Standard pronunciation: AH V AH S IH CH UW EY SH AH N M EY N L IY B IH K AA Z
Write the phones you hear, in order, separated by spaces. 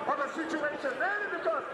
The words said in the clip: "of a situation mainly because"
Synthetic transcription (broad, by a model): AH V AH S IH CH UW EY SH AH N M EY L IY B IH K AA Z